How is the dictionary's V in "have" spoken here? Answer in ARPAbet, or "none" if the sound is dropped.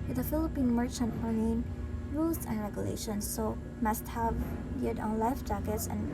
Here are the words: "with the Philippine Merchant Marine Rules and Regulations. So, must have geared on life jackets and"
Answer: V